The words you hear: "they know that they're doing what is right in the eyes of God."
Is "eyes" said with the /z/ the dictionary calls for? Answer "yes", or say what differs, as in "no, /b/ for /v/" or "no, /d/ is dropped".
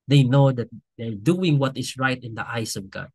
no, /s/ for /z/